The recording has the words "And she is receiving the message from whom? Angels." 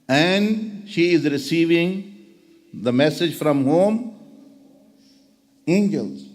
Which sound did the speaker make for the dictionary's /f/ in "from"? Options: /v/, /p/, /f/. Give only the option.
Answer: /f/